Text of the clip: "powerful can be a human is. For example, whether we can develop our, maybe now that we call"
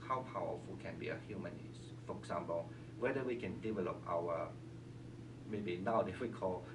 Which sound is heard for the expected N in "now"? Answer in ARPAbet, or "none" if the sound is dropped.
N